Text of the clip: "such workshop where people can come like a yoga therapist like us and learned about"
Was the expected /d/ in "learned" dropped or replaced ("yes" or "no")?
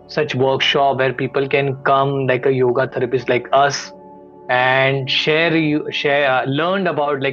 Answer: no